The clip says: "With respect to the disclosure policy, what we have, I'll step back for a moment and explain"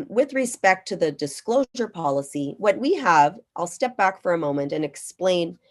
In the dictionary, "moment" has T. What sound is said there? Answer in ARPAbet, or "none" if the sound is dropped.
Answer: T